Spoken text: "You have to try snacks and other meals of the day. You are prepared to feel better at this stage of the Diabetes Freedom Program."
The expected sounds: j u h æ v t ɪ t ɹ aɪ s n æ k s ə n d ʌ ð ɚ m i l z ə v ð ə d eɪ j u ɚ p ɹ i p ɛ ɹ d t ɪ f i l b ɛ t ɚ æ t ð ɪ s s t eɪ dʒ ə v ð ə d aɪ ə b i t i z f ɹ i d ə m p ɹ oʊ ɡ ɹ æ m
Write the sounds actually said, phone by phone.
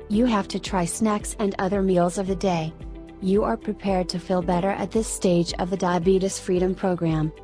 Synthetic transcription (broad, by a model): j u h æ f t ɪ t ɹ aɪ s n æ k s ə n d ʌ ð ɚ m i l z ə v ð ə d eɪ j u ɚ p ɹ i p ɛ ɹ d t ɪ f i l b ɛ t ɚ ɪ t ð ɪ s s t eɪ dʒ ə v ð ə d aɪ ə b i t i s f ɹ i d ə m p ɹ oʊ ɡ ɹ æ m